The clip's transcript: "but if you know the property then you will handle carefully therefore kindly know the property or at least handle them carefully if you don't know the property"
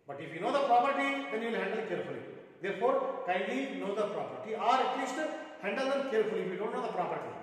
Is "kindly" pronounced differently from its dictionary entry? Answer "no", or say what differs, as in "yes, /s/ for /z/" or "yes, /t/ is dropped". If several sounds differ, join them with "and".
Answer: yes, /l/ is dropped